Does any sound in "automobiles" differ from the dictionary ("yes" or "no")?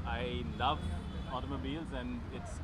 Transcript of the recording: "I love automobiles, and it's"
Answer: no